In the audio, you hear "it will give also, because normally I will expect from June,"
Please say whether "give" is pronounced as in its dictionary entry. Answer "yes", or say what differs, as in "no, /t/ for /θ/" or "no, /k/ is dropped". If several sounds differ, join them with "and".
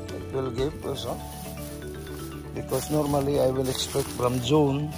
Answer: no, /p/ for /v/